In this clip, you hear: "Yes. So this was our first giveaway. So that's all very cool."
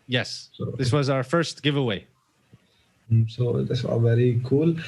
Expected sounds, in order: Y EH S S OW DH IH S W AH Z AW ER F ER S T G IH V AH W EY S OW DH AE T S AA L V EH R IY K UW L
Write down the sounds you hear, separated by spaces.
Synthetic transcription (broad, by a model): Y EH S S OW DH IH S W AH Z AW ER F ER S T G IH V AH W EY S OW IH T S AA V EH R IY K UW L